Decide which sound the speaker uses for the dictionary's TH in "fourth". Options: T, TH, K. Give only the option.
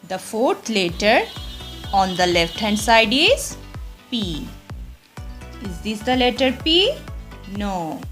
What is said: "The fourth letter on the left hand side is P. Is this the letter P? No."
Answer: T